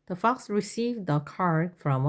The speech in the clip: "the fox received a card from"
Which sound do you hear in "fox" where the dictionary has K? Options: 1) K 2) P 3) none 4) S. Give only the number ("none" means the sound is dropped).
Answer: 1